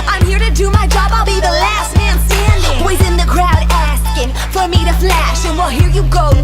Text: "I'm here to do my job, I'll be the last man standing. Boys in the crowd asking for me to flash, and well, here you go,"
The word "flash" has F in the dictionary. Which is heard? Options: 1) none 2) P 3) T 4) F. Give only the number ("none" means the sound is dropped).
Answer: 4